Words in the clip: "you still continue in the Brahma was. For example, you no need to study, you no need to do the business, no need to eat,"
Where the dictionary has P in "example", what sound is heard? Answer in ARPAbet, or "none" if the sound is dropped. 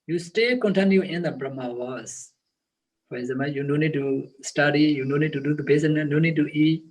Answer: none